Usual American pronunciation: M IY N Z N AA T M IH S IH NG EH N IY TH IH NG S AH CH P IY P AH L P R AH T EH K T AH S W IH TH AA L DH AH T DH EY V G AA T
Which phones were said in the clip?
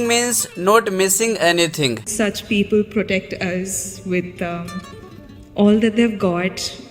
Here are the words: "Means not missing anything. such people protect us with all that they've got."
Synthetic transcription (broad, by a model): M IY N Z N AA T M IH S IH NG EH N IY T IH NG S AH CH P IY P AH L P R AH T EH K T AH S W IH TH AA L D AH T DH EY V G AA T